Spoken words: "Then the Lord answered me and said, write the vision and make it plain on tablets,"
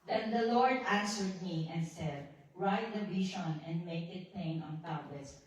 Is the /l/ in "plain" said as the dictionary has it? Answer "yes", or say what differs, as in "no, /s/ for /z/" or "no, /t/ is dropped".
no, /l/ is dropped